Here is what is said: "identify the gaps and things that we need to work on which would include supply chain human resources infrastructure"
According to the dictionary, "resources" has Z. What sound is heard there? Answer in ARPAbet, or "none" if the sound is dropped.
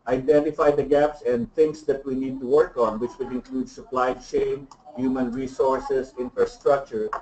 S